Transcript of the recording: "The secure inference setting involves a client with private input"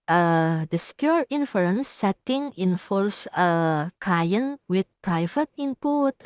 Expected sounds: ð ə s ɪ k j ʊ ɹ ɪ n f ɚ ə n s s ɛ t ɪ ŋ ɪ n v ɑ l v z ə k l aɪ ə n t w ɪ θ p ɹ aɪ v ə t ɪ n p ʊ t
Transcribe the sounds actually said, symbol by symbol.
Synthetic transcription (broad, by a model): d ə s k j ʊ ɹ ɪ n f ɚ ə n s s ɛ t ɪ ŋ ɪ n f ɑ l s ə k aɪ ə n w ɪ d p ɹ aɪ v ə t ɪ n p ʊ t